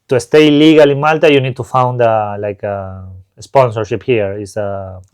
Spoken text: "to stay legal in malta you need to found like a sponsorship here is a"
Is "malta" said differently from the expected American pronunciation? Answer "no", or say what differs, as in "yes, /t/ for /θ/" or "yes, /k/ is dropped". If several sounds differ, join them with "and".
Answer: no